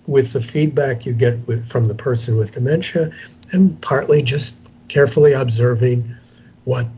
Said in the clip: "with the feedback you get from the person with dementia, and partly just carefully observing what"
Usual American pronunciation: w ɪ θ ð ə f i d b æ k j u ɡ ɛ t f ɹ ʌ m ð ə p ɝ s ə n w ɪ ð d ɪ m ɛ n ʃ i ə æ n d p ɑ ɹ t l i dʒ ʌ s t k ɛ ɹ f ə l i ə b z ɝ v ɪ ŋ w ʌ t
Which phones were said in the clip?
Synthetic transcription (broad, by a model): w ɪ ð ə f i d b æ k j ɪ ɡ ɛ t f ɹ ʌ m ð ə p ɝ s ə n w ɪ ð d ɪ m ɛ n ʃ i ə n p ɑ ɹ t l i dʒ ʌ s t k ɛ ɹ f l i ə b z ɝ v ɪ ŋ w ʌ t